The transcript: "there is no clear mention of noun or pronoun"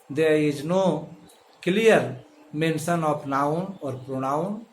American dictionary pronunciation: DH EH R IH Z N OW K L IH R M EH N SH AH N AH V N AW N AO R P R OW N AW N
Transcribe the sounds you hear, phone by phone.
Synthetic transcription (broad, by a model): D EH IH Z N OW K L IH R M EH N S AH N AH P N AW N AO R P R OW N AW N